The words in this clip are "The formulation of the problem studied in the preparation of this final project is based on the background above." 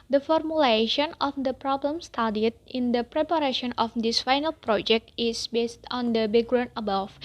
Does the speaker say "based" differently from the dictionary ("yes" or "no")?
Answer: no